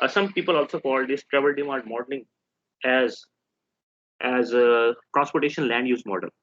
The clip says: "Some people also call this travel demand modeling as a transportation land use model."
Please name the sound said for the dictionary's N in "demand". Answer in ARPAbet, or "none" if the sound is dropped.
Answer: none